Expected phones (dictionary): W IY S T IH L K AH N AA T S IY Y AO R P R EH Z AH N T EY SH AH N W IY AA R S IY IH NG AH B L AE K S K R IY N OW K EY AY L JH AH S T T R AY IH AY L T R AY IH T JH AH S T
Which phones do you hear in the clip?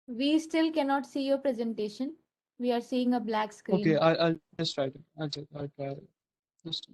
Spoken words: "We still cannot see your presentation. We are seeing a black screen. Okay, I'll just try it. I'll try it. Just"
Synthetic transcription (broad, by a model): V IY S T IH L K AH N AA T S IY Y AO R P R EH Z AH N T EY SH AH N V IY AA R S IY IH NG AH B L AE K S K R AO IY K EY AY L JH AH S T T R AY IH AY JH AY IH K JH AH S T